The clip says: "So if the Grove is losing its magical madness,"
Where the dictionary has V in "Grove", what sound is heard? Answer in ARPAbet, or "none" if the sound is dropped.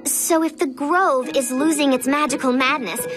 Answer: V